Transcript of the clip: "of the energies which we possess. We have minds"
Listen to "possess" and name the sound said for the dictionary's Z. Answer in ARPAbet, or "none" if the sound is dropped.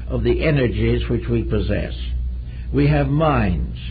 Z